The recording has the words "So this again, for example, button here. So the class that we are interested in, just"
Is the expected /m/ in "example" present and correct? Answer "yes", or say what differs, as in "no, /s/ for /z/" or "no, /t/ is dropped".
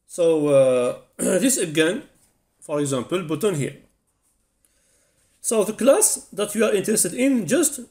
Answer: yes